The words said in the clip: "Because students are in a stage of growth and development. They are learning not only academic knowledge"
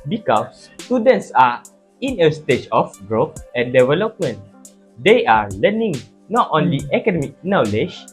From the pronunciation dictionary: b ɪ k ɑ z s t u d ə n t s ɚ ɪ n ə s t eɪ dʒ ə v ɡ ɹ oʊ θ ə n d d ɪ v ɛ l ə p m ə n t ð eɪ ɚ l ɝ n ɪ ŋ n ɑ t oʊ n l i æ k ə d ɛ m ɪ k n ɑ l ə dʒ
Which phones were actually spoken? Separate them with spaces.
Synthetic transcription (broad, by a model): b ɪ k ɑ s t u d ə n t s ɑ ɪ n ə s t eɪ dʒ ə f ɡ ɹ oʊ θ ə n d d ɪ v ɛ l ə p m ə n t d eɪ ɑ l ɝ n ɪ ŋ n ɑ t oʊ n l i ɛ k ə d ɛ m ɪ k n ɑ l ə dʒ